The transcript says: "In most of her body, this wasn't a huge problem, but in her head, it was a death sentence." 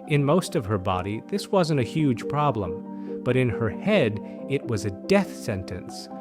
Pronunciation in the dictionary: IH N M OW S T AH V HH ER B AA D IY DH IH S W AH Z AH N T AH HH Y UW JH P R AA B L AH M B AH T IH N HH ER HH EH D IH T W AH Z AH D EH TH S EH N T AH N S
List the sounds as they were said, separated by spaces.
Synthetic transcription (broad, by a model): IH N M OW S T AH V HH ER B AA D IY DH IH S W AH Z AH N T AH HH Y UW ZH P R AA B L AH M B AH T IH N ER HH EH D IH T W AH Z AH D EH TH S EH N T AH N S